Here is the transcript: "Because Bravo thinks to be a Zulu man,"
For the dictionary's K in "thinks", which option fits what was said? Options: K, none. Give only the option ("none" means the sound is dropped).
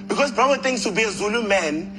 none